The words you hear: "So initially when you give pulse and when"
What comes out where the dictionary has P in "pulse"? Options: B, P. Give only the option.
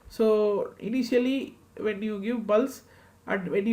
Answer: B